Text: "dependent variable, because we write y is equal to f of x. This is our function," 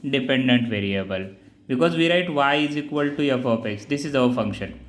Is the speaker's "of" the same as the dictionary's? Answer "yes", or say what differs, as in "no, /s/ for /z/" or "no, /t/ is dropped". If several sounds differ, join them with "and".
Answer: no, /p/ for /v/